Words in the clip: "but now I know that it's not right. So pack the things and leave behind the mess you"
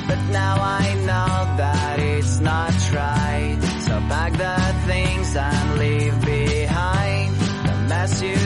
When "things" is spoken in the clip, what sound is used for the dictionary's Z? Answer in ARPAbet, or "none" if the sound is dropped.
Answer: Z